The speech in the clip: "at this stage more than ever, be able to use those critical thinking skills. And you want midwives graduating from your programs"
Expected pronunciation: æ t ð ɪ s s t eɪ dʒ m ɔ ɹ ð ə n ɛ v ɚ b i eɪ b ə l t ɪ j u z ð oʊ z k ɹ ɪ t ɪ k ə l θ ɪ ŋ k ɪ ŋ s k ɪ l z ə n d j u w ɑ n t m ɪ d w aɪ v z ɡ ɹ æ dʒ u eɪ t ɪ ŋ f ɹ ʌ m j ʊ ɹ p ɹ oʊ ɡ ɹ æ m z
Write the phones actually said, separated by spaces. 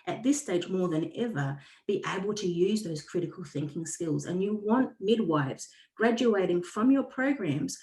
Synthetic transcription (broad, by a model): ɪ t ð ɪ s s t eɪ dʒ m ɔ ɹ ð ə n ɛ v ɚ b i eɪ b ə l t ɪ j u z ð oʊ z k ɹ ɪ t ɪ k ə l θ ɪ ŋ k ɪ ŋ s k ɪ l z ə n j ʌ w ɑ n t m ɪ d w aɪ v z ɡ ɹ æ dʒ u eɪ t ɪ ŋ f ɹ ʌ m j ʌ ɹ p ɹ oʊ ɡ ɹ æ m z